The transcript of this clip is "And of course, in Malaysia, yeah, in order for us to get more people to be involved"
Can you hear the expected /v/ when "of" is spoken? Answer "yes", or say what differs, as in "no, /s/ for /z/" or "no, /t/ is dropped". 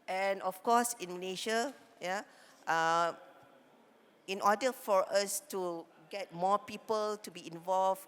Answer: no, /f/ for /v/